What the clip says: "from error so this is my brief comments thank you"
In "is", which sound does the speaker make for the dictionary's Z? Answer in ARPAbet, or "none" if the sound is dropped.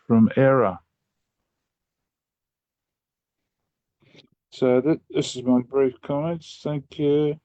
Z